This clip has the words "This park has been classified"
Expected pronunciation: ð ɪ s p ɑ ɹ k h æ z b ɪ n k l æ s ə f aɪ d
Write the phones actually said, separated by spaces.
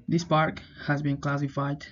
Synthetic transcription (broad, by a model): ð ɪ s p ɑ ɹ k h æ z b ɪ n k l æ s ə f aɪ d